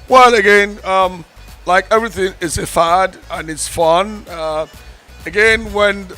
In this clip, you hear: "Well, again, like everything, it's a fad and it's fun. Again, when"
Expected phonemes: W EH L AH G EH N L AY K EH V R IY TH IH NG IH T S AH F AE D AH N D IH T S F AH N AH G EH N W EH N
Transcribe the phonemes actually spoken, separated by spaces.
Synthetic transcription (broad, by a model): W EH L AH G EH N L AY K EH V R IY TH IH NG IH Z AH F AE D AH N IH T S F AH N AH G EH N W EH N